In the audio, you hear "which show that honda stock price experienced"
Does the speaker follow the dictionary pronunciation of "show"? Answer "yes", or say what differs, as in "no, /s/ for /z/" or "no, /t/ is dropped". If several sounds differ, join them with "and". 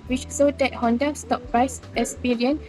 no, /s/ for /ʃ/